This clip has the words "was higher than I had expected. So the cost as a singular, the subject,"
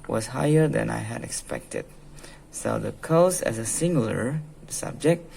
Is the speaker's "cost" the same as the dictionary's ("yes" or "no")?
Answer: no